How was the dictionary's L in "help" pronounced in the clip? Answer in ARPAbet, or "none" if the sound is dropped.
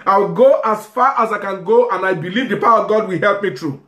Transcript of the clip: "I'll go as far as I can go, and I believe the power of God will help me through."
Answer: L